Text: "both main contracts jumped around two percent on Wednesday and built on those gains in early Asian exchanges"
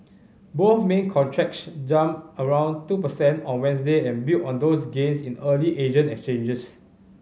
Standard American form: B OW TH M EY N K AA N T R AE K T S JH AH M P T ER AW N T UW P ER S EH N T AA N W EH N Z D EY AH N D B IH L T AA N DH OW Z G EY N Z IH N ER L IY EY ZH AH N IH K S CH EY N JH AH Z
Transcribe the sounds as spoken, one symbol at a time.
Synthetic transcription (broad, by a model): B OW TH M EY N K AA N T R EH K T S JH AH M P ER AW N T UW P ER S EH N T AA N W EH N S D EY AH N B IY T AA N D OW S G EY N S IH N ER L IY EY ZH AH N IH K S CH EY N JH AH S